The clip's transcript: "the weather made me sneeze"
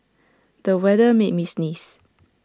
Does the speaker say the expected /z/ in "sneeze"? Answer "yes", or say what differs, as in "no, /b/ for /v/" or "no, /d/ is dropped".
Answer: no, /s/ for /z/